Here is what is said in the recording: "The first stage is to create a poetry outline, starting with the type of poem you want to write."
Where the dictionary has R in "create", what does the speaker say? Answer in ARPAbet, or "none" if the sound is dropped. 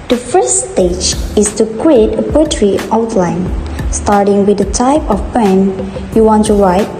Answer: W